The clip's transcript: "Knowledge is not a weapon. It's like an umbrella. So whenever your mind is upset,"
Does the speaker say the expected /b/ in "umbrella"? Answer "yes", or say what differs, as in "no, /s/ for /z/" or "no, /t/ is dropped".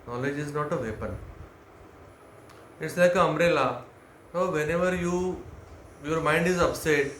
no, /b/ is dropped